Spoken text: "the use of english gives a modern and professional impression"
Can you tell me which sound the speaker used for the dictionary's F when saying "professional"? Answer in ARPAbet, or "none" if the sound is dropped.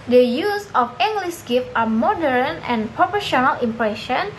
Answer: P